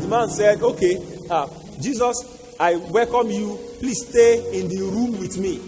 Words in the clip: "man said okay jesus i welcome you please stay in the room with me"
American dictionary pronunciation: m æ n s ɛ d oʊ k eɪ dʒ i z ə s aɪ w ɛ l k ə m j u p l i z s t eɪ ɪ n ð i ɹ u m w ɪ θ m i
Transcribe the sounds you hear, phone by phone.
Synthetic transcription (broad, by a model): m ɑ n s ɛ d oʊ k eɪ dʒ i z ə s aɪ w ɛ l k ə m j u p l i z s t eɪ ɪ n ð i ɹ u m w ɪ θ m i